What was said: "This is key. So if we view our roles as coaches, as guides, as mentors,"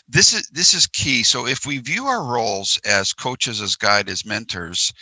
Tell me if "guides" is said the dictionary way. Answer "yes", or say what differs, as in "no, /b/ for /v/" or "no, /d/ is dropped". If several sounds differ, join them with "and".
no, /z/ is dropped